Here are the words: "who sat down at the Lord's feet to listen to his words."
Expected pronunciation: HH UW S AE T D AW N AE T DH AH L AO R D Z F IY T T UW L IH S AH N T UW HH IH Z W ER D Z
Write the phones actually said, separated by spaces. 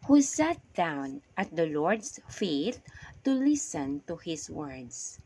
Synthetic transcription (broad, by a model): HH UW S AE T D AW N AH T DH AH L AO R D S F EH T T UW L IH S AH N T UW HH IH S W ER D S